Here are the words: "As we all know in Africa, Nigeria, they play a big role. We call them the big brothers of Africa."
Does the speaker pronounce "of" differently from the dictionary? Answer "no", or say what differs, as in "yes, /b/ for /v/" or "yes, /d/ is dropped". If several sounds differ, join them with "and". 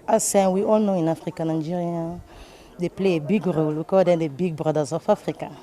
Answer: yes, /f/ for /v/